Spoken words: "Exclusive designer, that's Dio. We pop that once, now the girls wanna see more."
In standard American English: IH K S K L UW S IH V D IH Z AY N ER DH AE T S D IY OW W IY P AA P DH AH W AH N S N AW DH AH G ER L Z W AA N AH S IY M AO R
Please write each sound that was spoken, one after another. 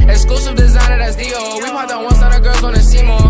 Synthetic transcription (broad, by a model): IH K S K L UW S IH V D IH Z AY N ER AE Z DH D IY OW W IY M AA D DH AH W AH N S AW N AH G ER Z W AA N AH S IY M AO